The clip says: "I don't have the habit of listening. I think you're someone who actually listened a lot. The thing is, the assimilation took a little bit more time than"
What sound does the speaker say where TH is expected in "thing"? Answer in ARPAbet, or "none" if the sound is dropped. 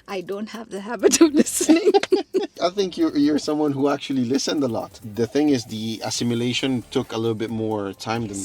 TH